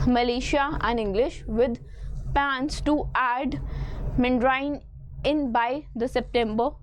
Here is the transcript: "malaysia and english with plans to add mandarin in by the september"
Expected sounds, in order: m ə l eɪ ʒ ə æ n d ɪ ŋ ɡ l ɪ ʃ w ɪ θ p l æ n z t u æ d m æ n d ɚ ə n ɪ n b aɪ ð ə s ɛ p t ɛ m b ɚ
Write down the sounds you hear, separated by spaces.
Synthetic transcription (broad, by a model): m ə l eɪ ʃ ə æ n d ɪ ŋ ɡ l ɪ ʃ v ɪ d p æ n s t u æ d m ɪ n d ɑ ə n ɪ n b aɪ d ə s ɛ p t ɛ m b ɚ